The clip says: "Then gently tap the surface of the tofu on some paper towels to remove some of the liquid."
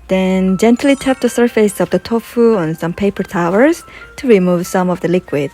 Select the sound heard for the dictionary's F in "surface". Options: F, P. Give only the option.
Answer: F